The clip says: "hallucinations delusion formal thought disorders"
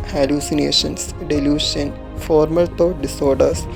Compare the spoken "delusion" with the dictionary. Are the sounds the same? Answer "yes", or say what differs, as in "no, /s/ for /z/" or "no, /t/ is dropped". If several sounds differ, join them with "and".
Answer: no, /ʃ/ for /ʒ/